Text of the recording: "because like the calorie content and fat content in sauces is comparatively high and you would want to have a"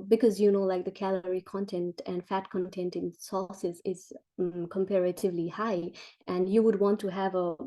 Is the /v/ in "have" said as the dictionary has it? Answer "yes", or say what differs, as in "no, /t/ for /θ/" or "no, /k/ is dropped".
yes